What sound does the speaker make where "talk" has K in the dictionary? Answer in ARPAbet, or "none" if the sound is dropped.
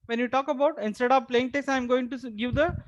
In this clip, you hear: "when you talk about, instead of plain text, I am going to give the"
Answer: K